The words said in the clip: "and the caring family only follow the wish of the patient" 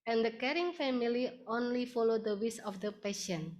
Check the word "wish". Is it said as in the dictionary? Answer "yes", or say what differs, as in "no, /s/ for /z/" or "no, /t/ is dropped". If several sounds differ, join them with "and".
no, /s/ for /ʃ/